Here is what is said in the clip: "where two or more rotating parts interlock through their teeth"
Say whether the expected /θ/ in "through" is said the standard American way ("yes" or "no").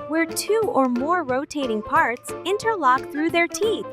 yes